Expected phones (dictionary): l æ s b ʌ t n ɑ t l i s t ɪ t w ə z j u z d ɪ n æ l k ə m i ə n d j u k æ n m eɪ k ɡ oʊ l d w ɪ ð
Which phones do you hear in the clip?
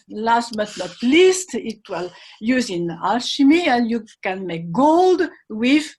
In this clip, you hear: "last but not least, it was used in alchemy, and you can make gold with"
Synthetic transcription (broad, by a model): l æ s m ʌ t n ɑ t l i s t ɪ t w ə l j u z ɪ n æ l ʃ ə m i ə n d j u k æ n m eɪ k ɡ oʊ l d w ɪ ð